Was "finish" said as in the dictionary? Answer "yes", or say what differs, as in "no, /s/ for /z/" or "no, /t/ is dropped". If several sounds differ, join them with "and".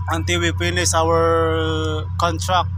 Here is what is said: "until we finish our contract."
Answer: no, /p/ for /f/ and /s/ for /ʃ/